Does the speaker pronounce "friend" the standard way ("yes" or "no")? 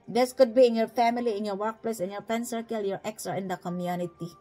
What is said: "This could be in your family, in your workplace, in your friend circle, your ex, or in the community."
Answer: no